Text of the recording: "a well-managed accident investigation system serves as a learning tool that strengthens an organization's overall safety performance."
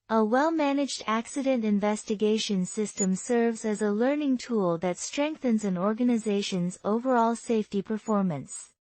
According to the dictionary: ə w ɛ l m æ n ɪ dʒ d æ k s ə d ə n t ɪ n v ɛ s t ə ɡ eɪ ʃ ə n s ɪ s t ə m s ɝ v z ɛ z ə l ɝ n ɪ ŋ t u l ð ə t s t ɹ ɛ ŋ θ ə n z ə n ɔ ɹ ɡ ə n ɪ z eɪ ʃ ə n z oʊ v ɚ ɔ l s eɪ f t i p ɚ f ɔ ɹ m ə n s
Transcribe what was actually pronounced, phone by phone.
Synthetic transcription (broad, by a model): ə w ɛ l m æ n ɪ dʒ d æ k s ə d ə n t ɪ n v ɛ s t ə ɡ eɪ ʃ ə n s ɪ s t ə m s ɝ v z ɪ z ə l ɝ n ɪ ŋ t u l ð ə t s t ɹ ɛ ŋ θ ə n z ə n ɔ ɹ ɡ ə n ɪ z eɪ ʃ ə n z oʊ v ɚ ɔ l s eɪ f t i p ɚ f ɔ ɹ m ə n s